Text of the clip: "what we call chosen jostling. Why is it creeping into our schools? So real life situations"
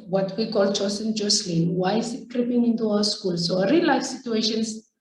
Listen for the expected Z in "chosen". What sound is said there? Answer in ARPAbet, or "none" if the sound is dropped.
S